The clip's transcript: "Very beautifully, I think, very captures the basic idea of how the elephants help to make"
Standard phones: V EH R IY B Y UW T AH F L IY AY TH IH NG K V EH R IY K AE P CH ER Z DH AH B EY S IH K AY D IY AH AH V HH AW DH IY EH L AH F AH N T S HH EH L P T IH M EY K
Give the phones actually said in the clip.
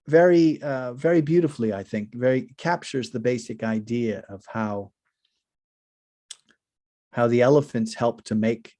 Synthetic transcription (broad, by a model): V EH R IY B Y UW T AH F L IY AY TH IH NG K V EH R IY K AE P CH ER Z DH AH B EY S IH K AY D IY AH AH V HH AW DH IY EH L AH F AH N T S HH EH L P T IH M EY K